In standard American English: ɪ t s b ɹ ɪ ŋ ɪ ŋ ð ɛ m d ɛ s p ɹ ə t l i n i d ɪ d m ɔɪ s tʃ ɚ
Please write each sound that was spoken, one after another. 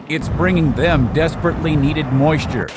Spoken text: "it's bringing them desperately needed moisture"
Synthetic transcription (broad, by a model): ɪ t s b ɹ ɪ ŋ ɪ ŋ ð ɛ m d ɛ s p ɹ ə t l i n i d ɪ d m ɔɪ s tʃ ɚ